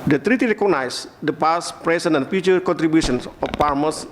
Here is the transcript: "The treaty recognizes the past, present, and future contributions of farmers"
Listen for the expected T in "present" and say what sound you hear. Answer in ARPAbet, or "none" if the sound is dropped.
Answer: none